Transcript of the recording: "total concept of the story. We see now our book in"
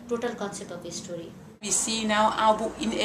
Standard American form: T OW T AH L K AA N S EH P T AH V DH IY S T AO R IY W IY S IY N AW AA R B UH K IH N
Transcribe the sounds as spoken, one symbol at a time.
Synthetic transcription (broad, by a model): T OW T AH L K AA N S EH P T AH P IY S T AO R IY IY S IY N AW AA W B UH IH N